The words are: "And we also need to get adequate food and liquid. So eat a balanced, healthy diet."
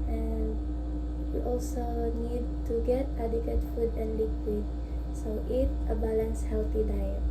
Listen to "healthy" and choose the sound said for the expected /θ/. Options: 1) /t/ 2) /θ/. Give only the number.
1